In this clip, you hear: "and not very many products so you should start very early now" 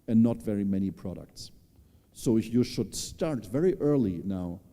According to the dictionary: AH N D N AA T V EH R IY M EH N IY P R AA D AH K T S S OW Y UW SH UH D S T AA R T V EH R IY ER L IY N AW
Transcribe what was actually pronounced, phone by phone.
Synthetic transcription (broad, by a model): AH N N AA T V EH R IY M EH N IY P R AA D AH K T S S OW Y UW SH UH D S T AA R T V EH R IY ER L IY N AW